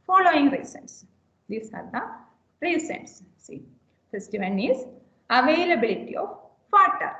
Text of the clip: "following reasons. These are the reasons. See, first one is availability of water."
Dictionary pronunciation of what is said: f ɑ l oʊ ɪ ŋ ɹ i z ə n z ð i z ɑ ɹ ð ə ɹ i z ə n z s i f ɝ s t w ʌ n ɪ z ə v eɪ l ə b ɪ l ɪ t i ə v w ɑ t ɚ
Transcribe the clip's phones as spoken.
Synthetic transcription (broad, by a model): f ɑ l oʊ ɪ ŋ ɹ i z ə n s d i s ɑ ɹ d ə ɹ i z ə n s s i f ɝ s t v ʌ n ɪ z ə v eɪ l ə b ɪ l ɪ t i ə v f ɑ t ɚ